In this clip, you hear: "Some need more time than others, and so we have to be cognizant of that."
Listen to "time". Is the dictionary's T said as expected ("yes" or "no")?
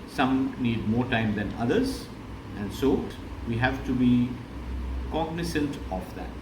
yes